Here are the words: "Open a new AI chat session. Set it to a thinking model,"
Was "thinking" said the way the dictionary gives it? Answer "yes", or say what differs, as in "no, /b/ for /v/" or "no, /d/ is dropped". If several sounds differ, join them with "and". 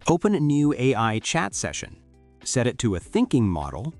yes